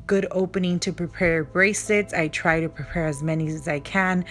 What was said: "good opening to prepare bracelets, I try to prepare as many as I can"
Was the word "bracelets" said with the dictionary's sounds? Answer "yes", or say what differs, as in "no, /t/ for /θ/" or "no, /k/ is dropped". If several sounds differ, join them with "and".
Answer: no, /l/ is dropped